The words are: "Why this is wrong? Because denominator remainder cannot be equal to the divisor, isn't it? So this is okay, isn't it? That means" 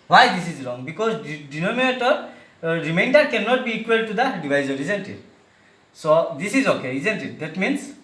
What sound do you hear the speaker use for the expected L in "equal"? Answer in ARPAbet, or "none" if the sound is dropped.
L